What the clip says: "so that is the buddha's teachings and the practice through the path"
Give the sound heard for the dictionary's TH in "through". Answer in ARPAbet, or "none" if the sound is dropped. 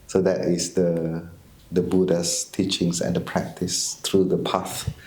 T